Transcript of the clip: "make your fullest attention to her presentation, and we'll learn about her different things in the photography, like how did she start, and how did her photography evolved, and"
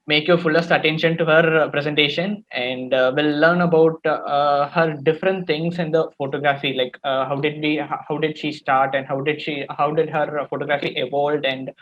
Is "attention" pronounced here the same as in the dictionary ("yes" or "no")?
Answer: yes